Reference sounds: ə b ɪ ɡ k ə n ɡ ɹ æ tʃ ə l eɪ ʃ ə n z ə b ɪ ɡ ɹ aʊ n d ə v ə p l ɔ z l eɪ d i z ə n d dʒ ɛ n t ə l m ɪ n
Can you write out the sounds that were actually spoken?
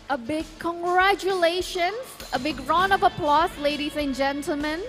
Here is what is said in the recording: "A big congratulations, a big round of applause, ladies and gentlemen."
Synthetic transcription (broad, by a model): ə b ɪ ɡ k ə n ɡ ɹ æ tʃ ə l eɪ ʃ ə n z ə b ɪ ɡ ɹ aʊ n ə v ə p l ɔ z l eɪ d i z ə n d dʒ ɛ n t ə l m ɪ n